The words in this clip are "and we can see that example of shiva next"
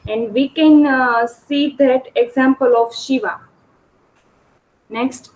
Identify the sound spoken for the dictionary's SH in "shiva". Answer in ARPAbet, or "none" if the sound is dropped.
SH